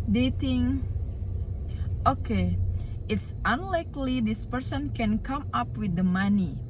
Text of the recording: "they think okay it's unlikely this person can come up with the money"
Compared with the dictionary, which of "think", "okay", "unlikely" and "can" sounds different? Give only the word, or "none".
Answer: think